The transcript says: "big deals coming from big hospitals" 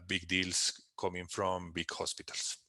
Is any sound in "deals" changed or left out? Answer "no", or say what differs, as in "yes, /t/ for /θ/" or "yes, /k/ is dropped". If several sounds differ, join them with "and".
yes, /s/ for /z/